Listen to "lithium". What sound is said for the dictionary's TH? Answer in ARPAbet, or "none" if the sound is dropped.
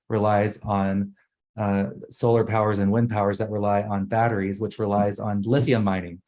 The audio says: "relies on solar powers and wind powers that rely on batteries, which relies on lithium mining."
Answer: F